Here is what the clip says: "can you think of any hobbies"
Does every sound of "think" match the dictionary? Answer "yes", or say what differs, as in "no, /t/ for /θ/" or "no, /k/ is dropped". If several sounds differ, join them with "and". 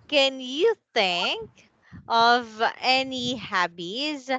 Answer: yes